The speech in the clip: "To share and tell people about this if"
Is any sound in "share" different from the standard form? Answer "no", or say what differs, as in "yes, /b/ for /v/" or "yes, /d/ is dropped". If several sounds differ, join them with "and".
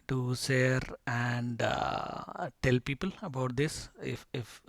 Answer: yes, /s/ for /ʃ/